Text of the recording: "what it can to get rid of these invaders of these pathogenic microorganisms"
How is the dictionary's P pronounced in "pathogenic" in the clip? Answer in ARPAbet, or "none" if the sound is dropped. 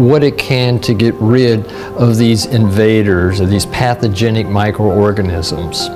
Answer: P